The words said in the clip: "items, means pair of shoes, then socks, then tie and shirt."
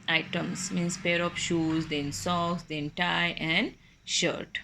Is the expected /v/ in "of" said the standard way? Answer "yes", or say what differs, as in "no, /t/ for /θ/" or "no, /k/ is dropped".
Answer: no, /p/ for /v/